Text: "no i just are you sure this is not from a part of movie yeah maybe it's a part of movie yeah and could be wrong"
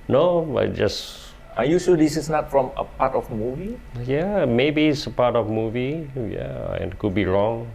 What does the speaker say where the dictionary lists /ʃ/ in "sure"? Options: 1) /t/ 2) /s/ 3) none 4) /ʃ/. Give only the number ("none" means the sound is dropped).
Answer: 2